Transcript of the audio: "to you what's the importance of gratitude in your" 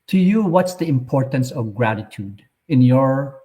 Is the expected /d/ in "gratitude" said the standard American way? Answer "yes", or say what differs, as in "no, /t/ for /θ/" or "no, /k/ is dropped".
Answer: yes